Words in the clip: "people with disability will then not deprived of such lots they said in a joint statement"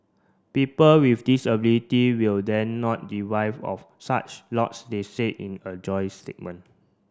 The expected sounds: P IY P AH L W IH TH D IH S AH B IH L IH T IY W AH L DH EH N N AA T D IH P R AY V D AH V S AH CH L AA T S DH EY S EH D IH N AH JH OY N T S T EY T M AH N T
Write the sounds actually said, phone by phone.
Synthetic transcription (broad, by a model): P IY P AH L W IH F D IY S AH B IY L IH T IY W AH L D EH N N AA T D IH R AY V AH F S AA CH L AA T S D EY S EH IH N AH JH OY S T EY T M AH N